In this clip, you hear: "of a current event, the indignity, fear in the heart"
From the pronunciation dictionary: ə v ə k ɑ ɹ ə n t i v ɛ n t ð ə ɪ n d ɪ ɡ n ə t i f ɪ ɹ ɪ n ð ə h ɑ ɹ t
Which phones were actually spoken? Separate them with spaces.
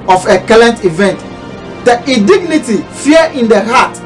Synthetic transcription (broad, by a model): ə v ə k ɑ l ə n t i v ɛ n t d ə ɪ d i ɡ n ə t i f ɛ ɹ ɪ n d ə h ɑ t